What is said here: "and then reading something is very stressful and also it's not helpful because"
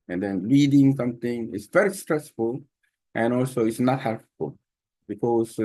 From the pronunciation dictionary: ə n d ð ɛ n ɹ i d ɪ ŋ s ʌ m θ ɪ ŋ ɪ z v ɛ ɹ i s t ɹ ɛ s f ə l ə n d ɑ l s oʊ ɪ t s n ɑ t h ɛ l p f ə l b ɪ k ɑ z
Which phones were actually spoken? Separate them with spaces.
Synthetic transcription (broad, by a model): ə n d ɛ n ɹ i d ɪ ŋ s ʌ m t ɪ ŋ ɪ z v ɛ ɹ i s t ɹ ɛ s f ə l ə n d ɑ l s oʊ ɪ t s n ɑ t h ɛ l p f ə l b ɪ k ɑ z